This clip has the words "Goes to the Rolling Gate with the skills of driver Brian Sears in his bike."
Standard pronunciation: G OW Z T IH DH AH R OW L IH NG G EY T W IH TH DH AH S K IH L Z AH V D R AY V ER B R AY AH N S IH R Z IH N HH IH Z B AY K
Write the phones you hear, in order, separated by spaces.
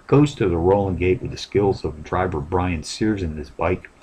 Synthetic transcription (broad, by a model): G OW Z T IH DH AH R OW L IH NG G EY T W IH DH AH S K IH L Z AH V D R AY V ER B R AY AH N S IH R Z IH N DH IH S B AY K